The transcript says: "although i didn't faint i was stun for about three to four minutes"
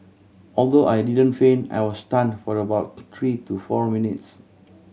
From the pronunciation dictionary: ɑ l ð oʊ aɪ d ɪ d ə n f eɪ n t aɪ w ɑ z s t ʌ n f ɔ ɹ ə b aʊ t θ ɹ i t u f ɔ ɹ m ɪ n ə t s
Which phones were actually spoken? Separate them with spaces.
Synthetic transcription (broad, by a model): ɑ l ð oʊ aɪ d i d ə n f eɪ n aɪ w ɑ s t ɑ n f ɔ ɹ ə b aʊ t t ɹ i t u f ɔ ɹ m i n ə t s